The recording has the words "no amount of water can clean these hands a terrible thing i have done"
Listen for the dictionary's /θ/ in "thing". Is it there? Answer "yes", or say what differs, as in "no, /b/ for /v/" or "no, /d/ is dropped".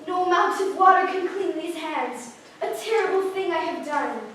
yes